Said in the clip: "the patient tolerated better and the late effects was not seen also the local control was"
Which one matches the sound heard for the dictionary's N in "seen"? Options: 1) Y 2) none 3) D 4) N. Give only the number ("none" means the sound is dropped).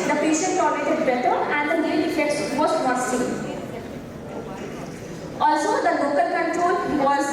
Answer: 2